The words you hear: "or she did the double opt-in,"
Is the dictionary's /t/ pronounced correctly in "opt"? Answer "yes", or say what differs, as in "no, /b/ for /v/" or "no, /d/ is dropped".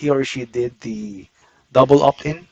no, /t/ is dropped